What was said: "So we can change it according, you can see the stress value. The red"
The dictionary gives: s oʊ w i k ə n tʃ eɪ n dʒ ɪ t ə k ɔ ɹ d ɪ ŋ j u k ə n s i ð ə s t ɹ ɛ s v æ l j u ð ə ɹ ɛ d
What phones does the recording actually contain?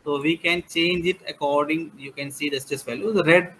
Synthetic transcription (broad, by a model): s oʊ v i k ə n tʃ eɪ n dʒ ɪ t ə k ɔ ɹ d ɪ ŋ j u k ə n s i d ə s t ɛ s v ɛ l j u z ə ɹ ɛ d